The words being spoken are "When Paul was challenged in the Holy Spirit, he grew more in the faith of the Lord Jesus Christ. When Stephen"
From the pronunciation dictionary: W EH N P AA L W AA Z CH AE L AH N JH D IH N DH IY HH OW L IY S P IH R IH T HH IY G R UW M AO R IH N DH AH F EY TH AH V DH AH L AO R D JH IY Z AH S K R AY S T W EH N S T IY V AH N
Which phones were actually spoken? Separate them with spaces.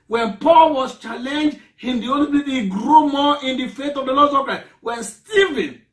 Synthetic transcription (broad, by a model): W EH N P AA L W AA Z CH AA L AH N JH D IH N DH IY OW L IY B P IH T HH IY G R UW M AO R IH N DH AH F EY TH AH V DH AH L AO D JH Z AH K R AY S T W EH N S T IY V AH N